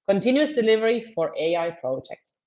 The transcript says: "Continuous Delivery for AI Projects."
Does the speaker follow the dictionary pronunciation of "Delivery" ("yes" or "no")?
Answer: yes